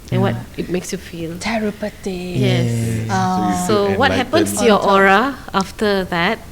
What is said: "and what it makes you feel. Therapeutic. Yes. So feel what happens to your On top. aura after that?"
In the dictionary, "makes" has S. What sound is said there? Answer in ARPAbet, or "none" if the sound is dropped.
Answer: S